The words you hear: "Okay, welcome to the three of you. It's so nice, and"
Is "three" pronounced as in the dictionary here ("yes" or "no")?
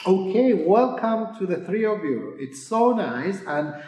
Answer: yes